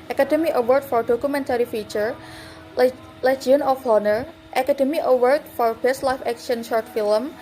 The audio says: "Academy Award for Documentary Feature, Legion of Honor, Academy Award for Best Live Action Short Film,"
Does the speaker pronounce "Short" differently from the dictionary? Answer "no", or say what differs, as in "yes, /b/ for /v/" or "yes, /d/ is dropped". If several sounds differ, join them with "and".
no